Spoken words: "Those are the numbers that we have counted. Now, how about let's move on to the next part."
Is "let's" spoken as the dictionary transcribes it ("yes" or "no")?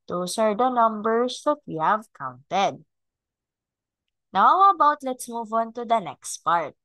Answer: yes